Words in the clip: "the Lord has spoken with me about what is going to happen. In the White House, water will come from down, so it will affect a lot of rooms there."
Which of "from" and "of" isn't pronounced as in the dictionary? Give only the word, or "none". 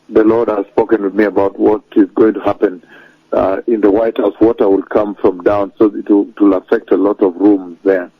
none